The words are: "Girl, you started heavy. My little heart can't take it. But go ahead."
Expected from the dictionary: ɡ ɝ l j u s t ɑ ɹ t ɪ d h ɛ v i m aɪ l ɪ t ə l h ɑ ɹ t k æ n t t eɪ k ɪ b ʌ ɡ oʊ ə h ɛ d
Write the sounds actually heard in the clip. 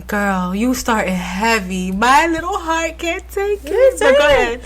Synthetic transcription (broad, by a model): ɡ ɝ l j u s t ɑ ɹ t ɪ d h ɛ v i m aɪ l ɪ t l h ɑ ɹ t k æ n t t eɪ k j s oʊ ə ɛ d